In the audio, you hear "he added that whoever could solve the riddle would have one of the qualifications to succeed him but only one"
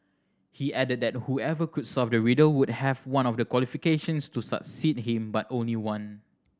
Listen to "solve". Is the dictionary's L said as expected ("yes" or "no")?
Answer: no